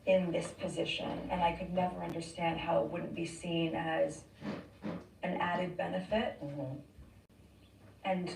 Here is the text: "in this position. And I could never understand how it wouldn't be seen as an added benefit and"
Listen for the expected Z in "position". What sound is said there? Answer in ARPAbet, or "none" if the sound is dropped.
Z